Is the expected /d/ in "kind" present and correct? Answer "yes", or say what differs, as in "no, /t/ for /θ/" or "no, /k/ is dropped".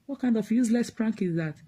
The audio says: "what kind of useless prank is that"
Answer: yes